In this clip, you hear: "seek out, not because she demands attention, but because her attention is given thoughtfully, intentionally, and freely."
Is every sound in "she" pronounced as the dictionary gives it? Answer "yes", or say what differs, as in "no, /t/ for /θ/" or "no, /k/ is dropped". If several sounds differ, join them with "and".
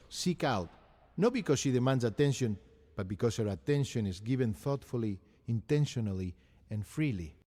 yes